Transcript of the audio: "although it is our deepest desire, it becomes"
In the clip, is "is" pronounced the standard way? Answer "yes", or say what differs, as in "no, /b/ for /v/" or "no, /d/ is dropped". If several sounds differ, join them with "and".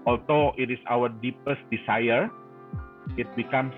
no, /s/ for /z/